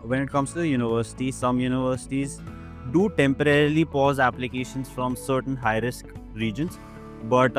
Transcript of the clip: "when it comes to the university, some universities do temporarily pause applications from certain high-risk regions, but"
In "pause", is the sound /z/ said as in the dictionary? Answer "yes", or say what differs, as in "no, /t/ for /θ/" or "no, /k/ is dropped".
yes